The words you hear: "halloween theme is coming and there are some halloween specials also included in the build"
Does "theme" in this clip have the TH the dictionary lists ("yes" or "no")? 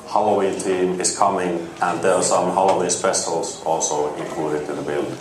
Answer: no